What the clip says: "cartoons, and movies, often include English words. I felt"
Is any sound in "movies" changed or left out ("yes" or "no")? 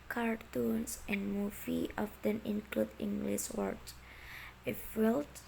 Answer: yes